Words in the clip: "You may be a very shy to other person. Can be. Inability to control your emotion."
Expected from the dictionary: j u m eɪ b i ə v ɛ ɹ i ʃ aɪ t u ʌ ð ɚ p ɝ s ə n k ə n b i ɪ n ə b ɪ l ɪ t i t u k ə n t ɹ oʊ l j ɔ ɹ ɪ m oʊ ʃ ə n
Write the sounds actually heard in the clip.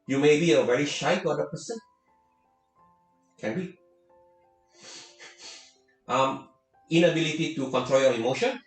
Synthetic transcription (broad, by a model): j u m eɪ b i ə v ɛ ɹ i ʃ aɪ t u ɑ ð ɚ p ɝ s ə n k ə n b i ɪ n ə b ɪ l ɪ t i t u k ə n t ɹ oʊ l j ɔ ɹ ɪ m oʊ ʃ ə n